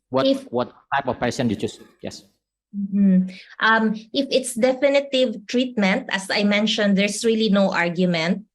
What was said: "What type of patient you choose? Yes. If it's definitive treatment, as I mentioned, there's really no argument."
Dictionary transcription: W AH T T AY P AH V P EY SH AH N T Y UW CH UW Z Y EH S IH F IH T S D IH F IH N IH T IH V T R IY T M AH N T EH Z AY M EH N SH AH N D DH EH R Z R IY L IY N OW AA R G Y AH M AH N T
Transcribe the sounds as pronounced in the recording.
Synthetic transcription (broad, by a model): W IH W T AY P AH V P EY S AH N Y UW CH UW S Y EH S IH F IH T S D IH F IH N IH T IH V T R IY T M AH N T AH S AY M EH N SH AH N D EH R S R IY L IY N OW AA R G Y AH M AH N T